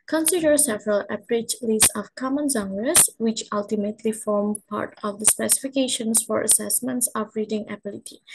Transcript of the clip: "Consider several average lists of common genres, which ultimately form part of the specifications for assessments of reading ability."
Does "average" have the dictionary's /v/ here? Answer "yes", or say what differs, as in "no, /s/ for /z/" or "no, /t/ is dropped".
no, /p/ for /v/